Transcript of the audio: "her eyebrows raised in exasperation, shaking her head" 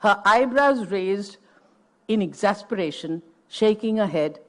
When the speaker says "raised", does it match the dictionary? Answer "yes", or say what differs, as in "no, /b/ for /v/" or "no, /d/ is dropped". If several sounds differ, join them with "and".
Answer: yes